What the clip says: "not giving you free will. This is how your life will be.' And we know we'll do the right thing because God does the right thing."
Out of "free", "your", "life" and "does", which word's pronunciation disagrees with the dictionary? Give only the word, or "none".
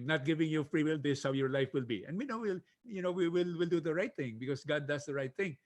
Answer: does